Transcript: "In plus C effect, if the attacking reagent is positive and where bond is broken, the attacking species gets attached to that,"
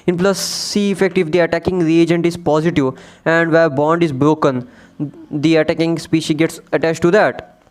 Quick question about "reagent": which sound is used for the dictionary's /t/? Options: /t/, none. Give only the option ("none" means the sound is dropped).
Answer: /t/